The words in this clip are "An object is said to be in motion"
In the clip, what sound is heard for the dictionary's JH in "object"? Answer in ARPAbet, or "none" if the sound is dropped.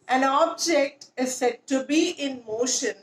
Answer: JH